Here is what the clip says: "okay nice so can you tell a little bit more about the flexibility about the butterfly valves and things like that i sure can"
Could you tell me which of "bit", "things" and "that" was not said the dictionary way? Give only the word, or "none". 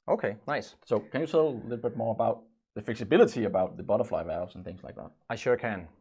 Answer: none